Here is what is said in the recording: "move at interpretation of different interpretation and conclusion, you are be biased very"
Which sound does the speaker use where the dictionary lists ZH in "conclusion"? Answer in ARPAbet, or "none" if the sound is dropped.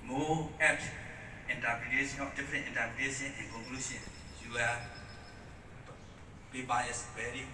SH